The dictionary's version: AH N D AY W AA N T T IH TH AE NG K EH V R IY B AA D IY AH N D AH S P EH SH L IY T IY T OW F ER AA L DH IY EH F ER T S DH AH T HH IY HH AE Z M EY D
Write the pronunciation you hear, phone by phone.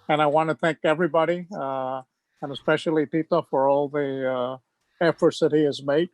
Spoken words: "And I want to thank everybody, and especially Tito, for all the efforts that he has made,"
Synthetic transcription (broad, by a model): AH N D AY W AA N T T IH TH AE NG K EH V R IY B AA D IY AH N AH S P EH SH L IY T IY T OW F ER AA L DH IY EH F ER T S DH AH T HH IY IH Z M EY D